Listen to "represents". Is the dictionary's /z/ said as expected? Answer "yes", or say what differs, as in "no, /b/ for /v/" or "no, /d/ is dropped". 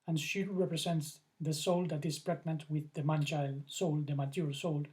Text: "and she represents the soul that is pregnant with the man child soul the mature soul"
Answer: no, /s/ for /z/